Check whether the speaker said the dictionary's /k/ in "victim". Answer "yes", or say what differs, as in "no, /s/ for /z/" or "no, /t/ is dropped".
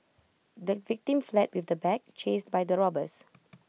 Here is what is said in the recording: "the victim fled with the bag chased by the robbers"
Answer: yes